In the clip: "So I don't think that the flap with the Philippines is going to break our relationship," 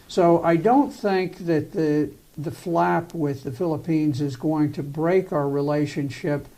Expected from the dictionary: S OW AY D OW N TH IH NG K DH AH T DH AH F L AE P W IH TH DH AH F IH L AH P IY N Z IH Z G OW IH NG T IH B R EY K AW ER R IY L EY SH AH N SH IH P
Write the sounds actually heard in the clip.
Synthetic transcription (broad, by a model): S OW AY D OW N TH IH NG K DH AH T DH AH F L AE P W IH DH AH F IH L AH P IY N Z IH Z G OW IH NG T IH B R EY K AW ER R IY L EY SH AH N SH IH P